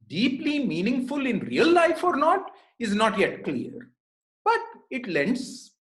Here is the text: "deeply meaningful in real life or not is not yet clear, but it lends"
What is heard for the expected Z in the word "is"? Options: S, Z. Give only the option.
Z